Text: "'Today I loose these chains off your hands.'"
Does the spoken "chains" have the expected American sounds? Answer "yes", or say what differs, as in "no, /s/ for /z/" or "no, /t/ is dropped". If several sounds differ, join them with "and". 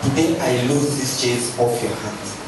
no, /n/ is dropped